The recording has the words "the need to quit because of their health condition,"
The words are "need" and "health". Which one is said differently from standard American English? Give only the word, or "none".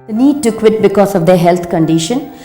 health